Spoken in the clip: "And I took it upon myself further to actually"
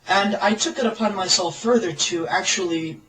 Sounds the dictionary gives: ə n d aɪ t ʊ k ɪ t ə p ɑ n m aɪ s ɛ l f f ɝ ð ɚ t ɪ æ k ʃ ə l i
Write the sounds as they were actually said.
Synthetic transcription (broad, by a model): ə n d aɪ t ʊ k ɪ t ə p ɑ n m aɪ s ɛ l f f ɝ ð ɚ t ɪ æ k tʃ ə l i